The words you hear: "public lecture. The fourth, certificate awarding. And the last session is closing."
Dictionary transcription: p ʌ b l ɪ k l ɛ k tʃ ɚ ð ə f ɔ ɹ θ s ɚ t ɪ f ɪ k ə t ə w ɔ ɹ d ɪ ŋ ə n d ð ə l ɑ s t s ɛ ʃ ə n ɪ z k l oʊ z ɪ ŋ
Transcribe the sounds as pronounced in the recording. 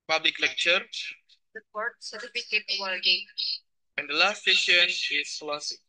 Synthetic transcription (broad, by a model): p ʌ b l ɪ k l ɛ k tʃ ɚ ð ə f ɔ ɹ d s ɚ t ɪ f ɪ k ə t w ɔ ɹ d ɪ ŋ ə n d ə l ɑ s t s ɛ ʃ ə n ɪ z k l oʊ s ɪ